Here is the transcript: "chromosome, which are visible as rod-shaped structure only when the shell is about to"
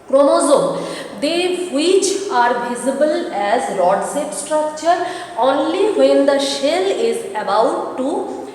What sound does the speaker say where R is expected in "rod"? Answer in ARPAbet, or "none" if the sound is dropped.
L